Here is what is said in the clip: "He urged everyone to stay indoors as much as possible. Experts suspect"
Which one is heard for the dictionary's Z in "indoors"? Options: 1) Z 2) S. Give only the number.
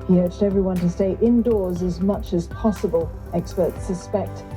1